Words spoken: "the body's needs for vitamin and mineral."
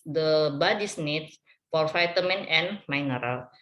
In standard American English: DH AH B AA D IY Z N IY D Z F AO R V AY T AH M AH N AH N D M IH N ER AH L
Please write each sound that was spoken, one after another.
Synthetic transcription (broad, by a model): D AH B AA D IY S N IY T F AO R F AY T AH M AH N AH N M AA N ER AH L